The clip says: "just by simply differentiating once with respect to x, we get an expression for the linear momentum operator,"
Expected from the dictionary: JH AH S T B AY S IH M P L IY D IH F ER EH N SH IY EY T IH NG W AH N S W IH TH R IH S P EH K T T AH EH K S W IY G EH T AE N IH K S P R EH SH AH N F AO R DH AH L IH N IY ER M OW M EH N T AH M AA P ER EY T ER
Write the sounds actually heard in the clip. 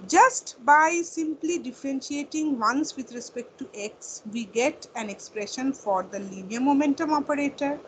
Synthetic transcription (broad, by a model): JH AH S T B AY S IH M P L IY D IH F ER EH N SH IY EY T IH NG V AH N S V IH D R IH S P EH K T T AH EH K S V IY G EH T AE N IH K S P R EH SH AH N F AO R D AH L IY N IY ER M OW M EH N T AH M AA P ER EY T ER